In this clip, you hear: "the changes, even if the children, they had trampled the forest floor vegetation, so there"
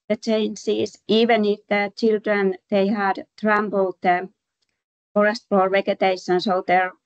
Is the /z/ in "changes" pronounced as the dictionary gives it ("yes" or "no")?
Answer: no